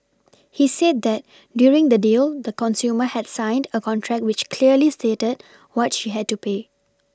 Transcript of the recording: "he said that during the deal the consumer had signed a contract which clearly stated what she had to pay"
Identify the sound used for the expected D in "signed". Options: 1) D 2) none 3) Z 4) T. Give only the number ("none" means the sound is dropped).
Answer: 1